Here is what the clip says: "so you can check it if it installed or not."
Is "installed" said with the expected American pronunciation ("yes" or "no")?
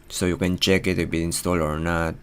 no